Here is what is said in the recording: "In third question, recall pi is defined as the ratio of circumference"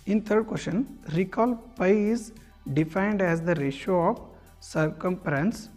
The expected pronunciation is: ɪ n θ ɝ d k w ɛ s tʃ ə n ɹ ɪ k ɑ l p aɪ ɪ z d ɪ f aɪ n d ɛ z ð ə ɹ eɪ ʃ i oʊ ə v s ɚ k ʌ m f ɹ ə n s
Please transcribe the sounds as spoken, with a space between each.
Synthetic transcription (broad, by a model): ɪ n t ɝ d k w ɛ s ʃ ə n ɹ ɪ k ɑ l p aɪ ɪ z d ɪ f aɪ n d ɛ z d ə ɹ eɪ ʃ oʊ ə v s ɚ k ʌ m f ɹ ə n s